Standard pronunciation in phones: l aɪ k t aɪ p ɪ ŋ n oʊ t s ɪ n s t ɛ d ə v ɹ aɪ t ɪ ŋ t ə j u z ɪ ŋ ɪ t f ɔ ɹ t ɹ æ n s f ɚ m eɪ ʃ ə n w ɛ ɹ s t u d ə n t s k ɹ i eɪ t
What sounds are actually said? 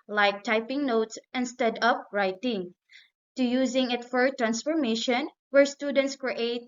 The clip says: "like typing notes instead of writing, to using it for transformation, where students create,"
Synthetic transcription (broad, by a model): l aɪ k t aɪ p ɪ ŋ n oʊ t s ɪ n s t ɛ d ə p ɹ aɪ t ɪ ŋ t ə j u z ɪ ŋ ɪ t f ɔ ɹ t ɹ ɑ n s f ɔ m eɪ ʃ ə n w ɛ ɹ s t u d ə n t s k ɹ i eɪ t